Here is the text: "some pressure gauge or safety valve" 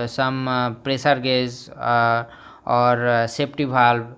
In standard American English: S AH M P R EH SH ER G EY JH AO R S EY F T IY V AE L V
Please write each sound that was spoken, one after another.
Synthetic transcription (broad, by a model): S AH M P R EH S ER G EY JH AO R S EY P T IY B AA L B